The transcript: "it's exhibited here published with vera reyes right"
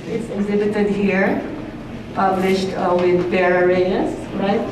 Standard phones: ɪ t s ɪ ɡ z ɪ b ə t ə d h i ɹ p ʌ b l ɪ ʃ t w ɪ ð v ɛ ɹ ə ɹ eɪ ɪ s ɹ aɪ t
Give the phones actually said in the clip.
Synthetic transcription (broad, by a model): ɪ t s ɪ ɡ z ɪ b ə t ə d h i ɹ p ʌ b l ɪ ʃ t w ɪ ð b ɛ ɹ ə ɹ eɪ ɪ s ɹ aɪ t